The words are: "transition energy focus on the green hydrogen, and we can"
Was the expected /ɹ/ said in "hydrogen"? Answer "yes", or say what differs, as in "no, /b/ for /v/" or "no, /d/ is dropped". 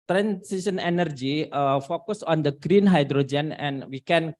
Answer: yes